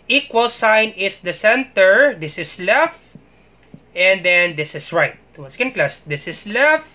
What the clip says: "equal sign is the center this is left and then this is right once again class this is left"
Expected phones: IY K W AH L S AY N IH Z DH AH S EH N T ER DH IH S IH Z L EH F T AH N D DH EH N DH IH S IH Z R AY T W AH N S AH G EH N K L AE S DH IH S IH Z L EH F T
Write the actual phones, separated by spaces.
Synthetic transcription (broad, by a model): IY K W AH L S AY N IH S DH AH S EH N T ER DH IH S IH S L EH F T AH N D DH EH N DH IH S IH S R AY T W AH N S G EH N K L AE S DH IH S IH S L EH F T